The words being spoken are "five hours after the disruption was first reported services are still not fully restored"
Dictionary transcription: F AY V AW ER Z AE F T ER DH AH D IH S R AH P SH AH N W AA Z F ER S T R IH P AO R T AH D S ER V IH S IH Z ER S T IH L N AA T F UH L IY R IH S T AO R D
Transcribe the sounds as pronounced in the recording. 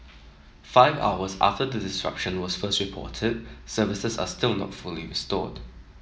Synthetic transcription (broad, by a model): F AY V AW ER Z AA F T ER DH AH D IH S R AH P SH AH N W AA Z F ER S T R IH P AO T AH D S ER V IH S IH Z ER S T IH L N AA T F UH L IY R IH S T AO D